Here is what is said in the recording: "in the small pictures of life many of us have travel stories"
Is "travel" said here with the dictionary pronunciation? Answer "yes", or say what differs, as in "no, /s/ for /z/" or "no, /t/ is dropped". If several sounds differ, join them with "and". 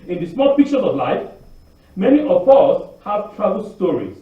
no, /b/ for /v/